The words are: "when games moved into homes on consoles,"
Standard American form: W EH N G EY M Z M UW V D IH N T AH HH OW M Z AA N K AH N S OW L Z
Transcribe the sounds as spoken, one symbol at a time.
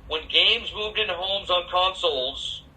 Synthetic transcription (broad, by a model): W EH N G EY M Z M UW V D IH N HH OW M Z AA N K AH N S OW L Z